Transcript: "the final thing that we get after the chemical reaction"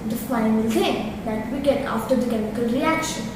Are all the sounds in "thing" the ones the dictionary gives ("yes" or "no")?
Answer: no